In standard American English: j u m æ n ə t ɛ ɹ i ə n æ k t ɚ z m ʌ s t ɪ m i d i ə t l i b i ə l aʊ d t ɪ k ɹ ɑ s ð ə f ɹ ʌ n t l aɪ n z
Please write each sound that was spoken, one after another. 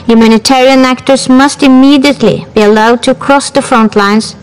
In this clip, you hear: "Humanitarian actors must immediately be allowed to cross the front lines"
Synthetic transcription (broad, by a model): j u m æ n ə t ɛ ɹ i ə n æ k t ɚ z m ʌ s t ɪ m i d i ə t l i b i ə l aʊ d t ɪ k ɹ ɑ s ð ə f ɹ ʌ n t l aɪ n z